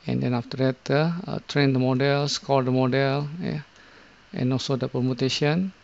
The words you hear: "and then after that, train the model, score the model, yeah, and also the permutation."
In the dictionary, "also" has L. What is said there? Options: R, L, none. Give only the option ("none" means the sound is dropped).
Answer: L